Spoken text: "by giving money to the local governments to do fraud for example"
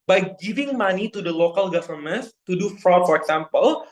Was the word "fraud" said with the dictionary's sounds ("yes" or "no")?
yes